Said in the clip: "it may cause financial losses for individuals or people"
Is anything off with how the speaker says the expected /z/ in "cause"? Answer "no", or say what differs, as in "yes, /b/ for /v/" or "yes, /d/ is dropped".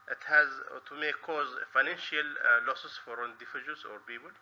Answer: no